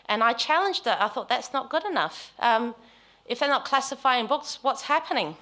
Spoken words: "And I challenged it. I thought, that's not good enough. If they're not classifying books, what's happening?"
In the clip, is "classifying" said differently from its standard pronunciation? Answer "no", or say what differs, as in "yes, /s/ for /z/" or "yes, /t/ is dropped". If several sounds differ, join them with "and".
no